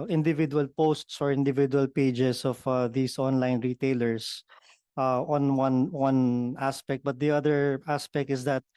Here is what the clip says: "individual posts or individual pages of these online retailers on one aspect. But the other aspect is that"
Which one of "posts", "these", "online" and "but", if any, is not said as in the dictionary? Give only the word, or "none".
these